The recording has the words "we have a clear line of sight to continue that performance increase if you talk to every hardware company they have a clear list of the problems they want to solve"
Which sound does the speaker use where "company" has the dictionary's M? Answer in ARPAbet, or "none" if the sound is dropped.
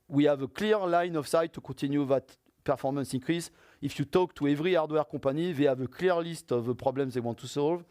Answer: none